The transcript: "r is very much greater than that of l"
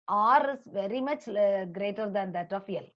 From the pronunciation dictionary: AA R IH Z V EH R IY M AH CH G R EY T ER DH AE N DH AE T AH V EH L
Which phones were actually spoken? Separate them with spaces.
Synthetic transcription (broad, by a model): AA R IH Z V EH R IY M AH CH G R EY T ER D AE N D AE T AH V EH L